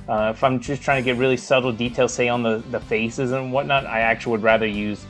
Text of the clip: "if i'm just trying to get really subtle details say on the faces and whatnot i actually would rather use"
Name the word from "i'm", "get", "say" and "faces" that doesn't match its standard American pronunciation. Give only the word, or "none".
none